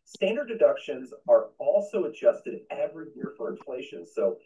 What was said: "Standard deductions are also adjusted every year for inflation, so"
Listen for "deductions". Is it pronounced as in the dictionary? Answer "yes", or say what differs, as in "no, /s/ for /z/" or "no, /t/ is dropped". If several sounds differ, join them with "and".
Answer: yes